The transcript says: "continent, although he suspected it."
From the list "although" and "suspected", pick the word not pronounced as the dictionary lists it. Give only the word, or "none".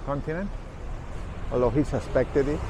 although